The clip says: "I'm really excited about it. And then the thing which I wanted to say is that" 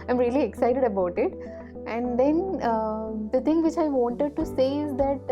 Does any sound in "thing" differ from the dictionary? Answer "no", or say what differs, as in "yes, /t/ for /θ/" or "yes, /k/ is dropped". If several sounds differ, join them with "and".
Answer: yes, /t/ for /θ/